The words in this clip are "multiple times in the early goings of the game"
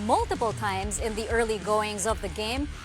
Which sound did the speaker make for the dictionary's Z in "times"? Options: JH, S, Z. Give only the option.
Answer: Z